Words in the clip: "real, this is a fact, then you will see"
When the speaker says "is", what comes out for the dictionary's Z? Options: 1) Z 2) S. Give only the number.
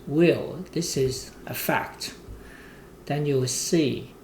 1